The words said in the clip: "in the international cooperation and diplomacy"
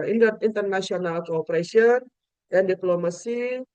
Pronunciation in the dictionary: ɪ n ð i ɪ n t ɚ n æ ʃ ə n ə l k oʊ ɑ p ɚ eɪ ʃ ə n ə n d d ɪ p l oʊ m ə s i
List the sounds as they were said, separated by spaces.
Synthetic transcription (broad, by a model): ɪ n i n t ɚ n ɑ s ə n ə l k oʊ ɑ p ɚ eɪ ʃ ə n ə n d d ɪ p l oʊ m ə s i